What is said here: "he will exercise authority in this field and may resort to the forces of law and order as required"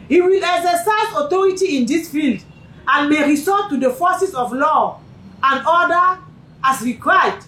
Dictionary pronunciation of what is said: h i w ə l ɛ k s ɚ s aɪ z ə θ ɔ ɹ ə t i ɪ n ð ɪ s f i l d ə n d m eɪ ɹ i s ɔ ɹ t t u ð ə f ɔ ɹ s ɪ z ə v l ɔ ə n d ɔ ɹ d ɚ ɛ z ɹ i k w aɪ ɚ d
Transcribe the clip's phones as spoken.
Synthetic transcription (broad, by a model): h i w ə l ɛ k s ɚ s aɪ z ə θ ɔ ɹ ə t i ɪ n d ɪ s f i l d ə n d m eɪ ɹ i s ɔ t t u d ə f ɔ s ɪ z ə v l ɔ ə n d ɔ d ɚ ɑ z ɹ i k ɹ aɪ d